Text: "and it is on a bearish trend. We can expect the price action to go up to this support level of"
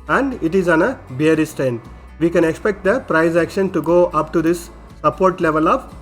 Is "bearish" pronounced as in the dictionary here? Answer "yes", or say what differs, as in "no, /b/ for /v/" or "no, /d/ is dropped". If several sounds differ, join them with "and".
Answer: no, /s/ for /ʃ/